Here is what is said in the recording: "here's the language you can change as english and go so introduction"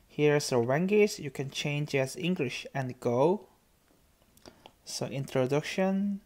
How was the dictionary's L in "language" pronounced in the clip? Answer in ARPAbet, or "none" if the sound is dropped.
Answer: W